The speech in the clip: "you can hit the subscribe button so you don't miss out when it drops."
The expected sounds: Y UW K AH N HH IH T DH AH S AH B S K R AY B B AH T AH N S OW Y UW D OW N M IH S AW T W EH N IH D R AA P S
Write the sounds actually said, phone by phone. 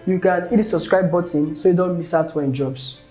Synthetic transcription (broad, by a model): Y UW K AH N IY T S AH B S K R AY B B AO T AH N S OW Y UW D OW N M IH S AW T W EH IH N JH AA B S